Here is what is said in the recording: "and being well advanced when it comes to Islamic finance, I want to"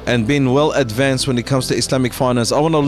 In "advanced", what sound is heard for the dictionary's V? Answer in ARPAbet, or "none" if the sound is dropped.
V